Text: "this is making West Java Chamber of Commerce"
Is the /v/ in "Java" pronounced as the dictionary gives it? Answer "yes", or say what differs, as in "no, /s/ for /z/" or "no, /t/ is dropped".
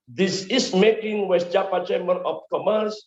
no, /p/ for /v/